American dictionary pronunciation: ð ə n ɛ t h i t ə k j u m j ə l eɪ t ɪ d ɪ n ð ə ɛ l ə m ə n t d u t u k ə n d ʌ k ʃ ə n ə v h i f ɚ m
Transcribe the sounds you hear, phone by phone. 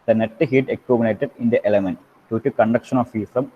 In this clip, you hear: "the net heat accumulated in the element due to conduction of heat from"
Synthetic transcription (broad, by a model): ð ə n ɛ t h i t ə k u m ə n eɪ t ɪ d ɪ n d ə ɛ l ə m ə n t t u t u k ə n d ʌ k ʃ ə n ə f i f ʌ m